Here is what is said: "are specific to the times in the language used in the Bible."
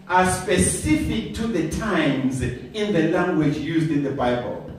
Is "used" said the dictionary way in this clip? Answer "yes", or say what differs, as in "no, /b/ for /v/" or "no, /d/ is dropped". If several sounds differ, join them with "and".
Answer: yes